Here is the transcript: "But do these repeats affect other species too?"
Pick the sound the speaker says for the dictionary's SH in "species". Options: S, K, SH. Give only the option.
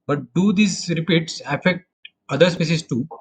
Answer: S